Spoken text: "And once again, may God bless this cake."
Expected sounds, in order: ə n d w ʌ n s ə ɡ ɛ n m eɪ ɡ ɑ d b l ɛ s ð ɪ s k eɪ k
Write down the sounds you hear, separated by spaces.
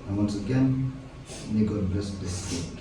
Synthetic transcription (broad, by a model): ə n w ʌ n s ə ɡ ɛ n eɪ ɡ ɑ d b ɛ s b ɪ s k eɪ